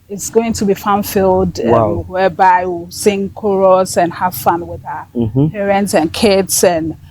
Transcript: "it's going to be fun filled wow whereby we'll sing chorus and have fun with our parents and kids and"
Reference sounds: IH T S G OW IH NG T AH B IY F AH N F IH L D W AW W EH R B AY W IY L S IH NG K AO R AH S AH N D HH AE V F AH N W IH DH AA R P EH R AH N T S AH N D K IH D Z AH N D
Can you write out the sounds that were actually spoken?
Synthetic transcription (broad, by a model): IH T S G OW IH NG T AH B IY F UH N F IH L D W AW W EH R B AY W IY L S IH NG K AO R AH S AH N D HH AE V F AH N W IH DH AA P EH R AH N T S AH N K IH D S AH N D